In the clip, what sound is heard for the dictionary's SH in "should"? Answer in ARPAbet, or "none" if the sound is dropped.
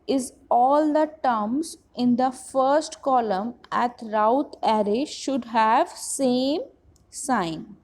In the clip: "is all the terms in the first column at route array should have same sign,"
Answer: SH